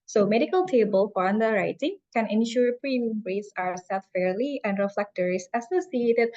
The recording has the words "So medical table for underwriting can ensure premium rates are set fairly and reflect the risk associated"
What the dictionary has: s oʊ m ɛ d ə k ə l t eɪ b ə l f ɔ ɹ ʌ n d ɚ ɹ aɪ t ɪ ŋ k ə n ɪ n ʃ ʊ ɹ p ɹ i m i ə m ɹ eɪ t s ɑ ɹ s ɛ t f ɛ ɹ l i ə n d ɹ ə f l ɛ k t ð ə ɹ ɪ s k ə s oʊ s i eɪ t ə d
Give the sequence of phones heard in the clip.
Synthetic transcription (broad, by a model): s oʊ m ɛ d ə k ə l t eɪ b ə l f ɔ ɹ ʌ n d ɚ ɹ aɪ t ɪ ŋ k ə n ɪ n ʃ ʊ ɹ p ɹ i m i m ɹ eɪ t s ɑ w s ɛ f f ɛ ɹ l i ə n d ɹ ə f l ɛ k t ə ɹ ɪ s ə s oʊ s i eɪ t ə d